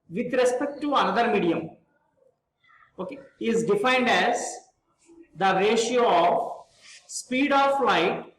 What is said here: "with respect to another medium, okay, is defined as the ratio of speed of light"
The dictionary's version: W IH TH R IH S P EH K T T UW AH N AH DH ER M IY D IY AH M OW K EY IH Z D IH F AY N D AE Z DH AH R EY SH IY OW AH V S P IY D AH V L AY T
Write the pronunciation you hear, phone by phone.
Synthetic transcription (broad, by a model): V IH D R IH S P EH K T T UW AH N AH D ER M IY D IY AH M OW K EY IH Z D IH F AY N D AE Z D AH R EY SH IY OW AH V S P IY D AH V L AY T